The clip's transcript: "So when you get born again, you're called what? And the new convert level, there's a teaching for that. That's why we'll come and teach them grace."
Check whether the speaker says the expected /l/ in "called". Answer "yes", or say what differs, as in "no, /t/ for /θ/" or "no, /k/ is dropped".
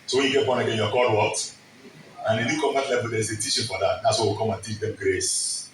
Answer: no, /l/ is dropped